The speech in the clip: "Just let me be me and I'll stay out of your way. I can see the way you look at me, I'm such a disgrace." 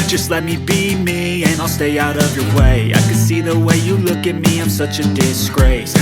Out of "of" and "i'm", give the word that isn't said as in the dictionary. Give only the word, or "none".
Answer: none